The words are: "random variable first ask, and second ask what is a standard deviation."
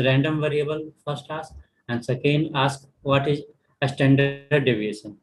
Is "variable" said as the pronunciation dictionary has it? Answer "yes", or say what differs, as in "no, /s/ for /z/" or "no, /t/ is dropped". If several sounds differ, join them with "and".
yes